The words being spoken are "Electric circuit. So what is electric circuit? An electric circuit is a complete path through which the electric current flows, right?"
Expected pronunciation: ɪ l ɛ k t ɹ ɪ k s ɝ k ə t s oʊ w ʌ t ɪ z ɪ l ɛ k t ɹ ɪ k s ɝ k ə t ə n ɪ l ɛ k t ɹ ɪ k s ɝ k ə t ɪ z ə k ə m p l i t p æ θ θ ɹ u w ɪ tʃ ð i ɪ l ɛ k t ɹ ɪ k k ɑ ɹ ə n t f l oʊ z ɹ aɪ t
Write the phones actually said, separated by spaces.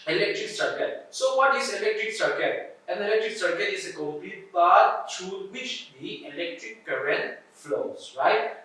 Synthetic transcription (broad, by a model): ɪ l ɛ k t ɹ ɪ k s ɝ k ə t s oʊ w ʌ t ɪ s ɪ l ɛ k t ɹ ɪ k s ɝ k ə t ə n ɪ l ɛ k t ɹ ɪ k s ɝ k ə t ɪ s ə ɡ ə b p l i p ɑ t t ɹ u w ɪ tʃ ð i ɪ l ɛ k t ɹ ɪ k k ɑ ɹ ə n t f l oʊ s ɹ aɪ t